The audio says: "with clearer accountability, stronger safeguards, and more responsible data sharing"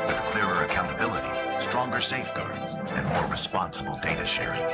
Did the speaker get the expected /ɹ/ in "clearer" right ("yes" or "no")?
yes